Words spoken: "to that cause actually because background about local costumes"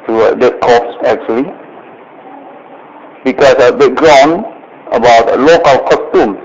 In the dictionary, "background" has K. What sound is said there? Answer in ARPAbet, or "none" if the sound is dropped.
none